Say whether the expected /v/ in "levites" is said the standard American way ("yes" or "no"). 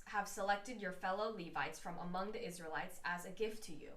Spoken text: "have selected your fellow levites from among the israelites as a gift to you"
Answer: yes